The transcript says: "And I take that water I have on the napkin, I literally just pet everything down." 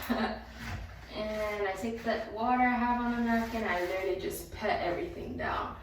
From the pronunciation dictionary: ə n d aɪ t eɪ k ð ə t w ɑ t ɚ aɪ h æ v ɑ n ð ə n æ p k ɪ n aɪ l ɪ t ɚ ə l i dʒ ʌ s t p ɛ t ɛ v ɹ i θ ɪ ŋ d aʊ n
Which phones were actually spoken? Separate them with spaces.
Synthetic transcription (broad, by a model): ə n aɪ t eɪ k ð ə t w ɑ t ɚ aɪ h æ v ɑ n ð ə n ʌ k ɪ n aɪ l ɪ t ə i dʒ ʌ s p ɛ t ɛ v ɹ i θ ɪ ŋ d aʊ n